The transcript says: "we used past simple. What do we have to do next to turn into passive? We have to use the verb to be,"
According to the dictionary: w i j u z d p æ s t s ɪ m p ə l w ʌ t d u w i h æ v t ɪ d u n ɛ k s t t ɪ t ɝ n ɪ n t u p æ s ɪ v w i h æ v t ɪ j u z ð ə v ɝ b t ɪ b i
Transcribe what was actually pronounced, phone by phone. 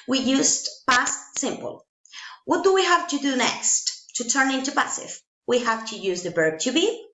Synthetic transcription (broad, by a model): w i j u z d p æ s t s ɪ m p ə l w ʌ t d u w i h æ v t ɪ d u n ɛ k s t t ɪ t ɝ n ɪ n t u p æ s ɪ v w i h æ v t ɪ j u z ð ə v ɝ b t ɪ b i